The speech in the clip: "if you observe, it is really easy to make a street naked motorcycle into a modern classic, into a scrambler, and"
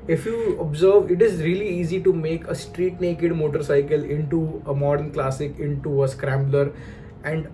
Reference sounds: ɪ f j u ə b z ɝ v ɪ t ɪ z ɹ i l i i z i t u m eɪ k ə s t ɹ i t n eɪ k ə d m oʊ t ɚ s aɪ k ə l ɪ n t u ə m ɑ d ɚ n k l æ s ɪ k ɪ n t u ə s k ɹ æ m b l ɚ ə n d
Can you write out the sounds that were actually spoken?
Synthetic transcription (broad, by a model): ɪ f j u ə b z ɝ v ɪ t ɪ z ɹ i l i i z i t u m eɪ k ə s t ɹ i t n eɪ k ə d m oʊ t ɚ s aɪ k ə l ɪ n t u ə m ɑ d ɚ n k l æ s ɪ k ɪ n t u ə s k ɹ æ m b l ɚ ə n d